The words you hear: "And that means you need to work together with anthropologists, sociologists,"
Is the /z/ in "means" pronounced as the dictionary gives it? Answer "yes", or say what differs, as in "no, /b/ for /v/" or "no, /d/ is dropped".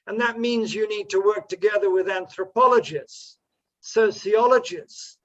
yes